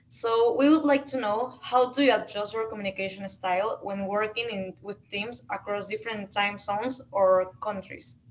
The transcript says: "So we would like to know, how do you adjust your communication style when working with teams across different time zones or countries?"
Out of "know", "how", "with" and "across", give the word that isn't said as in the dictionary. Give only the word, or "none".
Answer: none